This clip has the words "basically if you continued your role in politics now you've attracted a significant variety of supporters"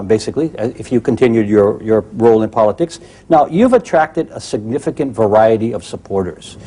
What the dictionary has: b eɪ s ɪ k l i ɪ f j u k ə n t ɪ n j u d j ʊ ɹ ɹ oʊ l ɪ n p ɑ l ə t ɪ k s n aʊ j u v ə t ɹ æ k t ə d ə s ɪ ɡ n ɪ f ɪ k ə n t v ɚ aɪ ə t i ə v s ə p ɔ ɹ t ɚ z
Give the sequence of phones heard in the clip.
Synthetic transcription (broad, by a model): b eɪ s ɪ k l i ɪ f j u k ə n t ɪ n j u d j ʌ ɹ ɹ oʊ l ɪ n p ɑ l ə t ɪ k s n aʊ j u v ə t ɹ æ k t ə d ə s ɪ ɡ n ɪ f ɪ k ə n t v ɚ aɪ ə t i ə v s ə p ɔ ɹ t ɚ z